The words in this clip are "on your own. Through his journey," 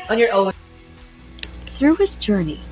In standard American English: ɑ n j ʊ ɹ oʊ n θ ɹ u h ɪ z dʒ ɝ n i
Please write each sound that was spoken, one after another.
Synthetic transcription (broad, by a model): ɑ n j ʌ ɹ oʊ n θ ɹ u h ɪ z dʒ ɝ n i